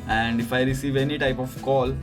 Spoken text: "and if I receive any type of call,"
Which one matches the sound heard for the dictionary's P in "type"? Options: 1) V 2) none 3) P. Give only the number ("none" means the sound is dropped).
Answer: 3